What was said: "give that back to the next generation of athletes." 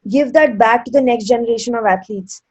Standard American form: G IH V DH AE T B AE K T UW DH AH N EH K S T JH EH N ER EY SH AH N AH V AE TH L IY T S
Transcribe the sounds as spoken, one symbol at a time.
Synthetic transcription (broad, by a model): G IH V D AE T B AE K T UW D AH N EH K S T JH EH N ER EY SH AH N AH V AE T L IY T S